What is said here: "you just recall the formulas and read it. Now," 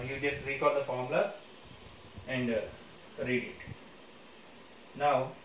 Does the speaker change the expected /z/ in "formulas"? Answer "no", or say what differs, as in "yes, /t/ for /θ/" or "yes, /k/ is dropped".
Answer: yes, /z/ is dropped